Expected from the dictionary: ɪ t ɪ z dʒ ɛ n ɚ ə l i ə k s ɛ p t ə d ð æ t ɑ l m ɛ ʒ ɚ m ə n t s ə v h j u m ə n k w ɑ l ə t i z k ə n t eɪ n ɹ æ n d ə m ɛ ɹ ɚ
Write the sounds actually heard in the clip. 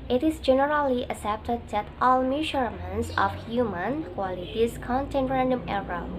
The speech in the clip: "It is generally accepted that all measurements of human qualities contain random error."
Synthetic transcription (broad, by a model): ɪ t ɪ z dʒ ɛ n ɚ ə l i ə s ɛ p t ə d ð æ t ɑ l m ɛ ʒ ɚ m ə n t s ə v h j u m ə n k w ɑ l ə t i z k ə n t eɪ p ɹ æ n d ə m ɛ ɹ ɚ